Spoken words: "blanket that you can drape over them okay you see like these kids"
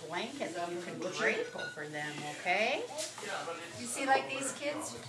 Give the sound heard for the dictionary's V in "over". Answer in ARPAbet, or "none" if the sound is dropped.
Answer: F